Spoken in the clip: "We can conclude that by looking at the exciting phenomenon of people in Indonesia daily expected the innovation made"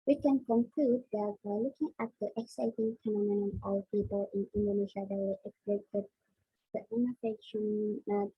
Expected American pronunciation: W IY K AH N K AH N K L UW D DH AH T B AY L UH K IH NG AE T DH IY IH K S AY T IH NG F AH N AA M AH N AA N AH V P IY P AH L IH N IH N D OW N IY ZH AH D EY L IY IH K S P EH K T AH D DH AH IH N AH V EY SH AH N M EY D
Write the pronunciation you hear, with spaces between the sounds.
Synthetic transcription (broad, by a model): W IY K AH N K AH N K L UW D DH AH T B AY L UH K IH NG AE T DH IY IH K S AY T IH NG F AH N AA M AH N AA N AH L P IY P AH L IH N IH N D OW N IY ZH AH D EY W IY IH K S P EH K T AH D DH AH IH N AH F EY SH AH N